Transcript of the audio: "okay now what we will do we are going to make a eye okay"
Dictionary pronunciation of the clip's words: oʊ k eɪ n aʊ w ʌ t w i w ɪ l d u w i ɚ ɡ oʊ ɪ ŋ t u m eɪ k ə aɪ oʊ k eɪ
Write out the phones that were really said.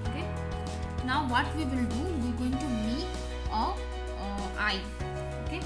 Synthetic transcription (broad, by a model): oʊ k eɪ n aʊ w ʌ t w i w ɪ l d u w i ɡ oʊ ɪ ŋ t u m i ə aɪ oʊ k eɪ